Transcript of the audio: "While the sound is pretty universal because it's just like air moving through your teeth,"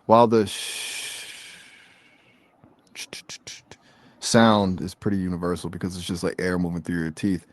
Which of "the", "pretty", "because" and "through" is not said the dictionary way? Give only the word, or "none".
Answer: none